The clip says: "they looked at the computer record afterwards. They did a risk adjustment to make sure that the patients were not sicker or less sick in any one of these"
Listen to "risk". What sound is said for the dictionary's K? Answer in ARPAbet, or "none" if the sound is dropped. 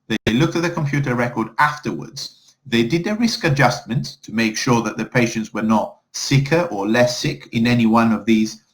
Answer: K